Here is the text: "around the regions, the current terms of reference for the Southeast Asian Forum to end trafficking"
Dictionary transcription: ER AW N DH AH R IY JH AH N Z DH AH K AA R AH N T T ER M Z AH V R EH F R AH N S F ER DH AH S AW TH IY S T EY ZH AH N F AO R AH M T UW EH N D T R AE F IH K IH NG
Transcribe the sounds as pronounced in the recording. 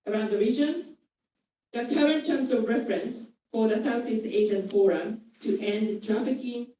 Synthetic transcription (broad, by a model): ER AW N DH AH R IY JH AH N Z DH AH K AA R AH N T T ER M S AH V R EH F R AH N S F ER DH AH S AW S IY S EY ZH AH N F AO R AH M T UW EH N D T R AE F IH K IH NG